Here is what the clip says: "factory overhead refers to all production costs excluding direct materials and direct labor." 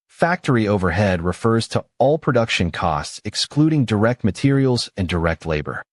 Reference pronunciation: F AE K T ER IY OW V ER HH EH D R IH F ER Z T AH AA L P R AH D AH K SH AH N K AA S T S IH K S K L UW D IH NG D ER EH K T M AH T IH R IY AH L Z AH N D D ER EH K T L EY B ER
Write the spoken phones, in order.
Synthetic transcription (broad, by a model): F AE K T ER IY OW V ER HH EH D R IH F ER Z T AH AA L P R AH D AH K SH AH N K AA S T S IH K S K L UW D IH NG D ER EH K T M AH T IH R IY L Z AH N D D ER EH K T L EY B ER